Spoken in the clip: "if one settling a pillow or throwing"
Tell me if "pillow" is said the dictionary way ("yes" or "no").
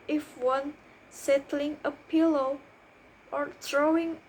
yes